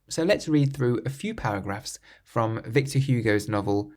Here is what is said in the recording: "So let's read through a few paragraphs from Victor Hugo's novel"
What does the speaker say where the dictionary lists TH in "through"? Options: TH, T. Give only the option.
TH